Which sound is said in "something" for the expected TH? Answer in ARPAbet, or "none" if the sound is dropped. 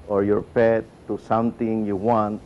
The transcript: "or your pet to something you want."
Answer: T